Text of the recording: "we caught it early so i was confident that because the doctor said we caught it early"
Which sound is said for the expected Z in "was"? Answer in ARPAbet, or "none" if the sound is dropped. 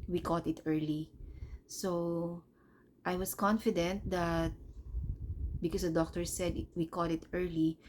S